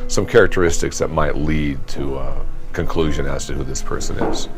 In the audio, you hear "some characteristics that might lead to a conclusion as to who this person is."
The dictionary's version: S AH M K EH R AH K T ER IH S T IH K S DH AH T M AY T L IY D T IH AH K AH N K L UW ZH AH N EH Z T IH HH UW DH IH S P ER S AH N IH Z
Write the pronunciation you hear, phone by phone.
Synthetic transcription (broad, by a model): S AH M K EH R AH K T ER IH S T IH K S DH AH T M AY T L IY D T IH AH K AH N K L UW ZH AH N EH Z T IH HH UW DH IH S P ER S AH N IH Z